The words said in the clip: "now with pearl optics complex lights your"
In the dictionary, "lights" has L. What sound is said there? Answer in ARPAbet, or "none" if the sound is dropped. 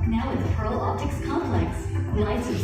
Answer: N